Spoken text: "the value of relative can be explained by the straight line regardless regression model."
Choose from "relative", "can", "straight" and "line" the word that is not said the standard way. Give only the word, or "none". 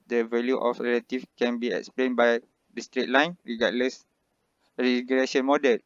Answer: relative